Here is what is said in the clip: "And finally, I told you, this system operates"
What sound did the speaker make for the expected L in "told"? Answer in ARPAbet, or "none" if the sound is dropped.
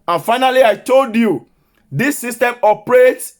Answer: L